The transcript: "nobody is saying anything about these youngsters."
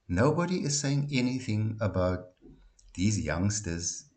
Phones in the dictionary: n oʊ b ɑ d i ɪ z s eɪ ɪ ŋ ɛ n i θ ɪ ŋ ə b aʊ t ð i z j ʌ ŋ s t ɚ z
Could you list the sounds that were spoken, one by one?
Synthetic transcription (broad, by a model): n oʊ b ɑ d i ɪ z s eɪ ɪ ŋ ɛ n i θ ɪ ŋ ə b aʊ t ð i z j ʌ ŋ s t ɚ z